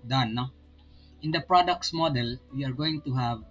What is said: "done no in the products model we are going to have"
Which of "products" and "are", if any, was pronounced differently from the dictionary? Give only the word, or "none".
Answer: none